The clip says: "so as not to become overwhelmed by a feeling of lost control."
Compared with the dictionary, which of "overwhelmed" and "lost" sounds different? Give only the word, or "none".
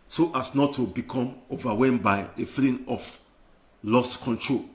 overwhelmed